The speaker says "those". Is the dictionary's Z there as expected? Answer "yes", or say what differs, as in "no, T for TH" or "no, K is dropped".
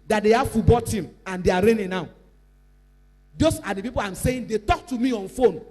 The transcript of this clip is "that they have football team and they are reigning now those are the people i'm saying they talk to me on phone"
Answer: no, S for Z